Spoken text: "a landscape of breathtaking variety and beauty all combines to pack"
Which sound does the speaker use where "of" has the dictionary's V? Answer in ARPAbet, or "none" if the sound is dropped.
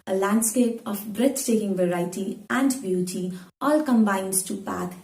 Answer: P